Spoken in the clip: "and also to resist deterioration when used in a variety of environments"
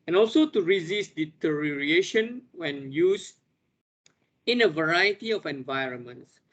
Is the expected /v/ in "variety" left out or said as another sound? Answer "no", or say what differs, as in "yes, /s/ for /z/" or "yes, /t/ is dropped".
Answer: no